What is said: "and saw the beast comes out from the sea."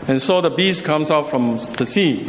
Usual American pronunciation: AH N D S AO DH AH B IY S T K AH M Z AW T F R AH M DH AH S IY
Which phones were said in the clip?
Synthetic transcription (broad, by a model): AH N S AO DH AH B IY S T K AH M S AW T F R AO M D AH S IY